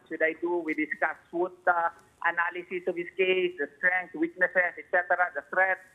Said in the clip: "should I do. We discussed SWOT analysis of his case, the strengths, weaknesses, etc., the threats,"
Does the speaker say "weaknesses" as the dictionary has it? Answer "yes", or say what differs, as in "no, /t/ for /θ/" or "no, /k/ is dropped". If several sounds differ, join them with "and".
no, /s/ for /z/